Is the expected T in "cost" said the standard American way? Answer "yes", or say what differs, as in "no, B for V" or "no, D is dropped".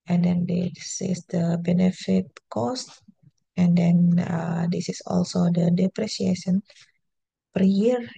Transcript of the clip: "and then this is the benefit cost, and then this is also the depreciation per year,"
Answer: yes